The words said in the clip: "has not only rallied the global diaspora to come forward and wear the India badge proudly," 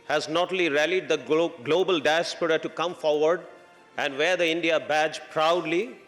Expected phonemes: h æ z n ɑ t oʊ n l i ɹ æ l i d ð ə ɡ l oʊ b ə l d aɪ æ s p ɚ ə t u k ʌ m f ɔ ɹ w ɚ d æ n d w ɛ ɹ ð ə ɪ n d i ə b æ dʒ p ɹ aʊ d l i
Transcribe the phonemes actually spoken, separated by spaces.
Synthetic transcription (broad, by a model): h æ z n ɑ t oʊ l i ɹ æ l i d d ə ɡ l oʊ b ə l d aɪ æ s p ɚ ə t u k ʌ m f ɔ ɹ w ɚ d æ n d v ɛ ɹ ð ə ɪ n d i ə b æ dʒ p ɹ aʊ d l i